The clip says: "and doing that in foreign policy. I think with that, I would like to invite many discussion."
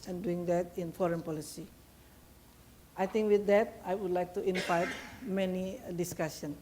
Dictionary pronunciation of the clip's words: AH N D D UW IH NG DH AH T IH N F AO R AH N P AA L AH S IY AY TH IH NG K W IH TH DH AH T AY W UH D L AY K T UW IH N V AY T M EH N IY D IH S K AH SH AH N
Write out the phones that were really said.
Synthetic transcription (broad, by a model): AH N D D UW IH NG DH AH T IH N F AO R AH N P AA L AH S IY AY T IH NG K W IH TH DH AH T AY W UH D L AY K T UW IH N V AY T M EH N IY D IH S K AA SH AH N